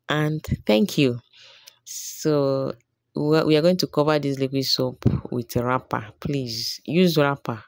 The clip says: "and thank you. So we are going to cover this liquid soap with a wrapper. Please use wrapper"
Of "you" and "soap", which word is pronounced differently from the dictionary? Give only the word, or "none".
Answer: none